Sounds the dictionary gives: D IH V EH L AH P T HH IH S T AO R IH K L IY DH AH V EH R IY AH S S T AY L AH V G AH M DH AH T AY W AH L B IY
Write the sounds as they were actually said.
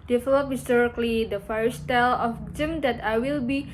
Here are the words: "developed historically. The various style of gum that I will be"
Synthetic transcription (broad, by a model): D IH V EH L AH P HH IH S T AO R IH K L IY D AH F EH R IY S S T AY L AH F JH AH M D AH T AY W AH L B IY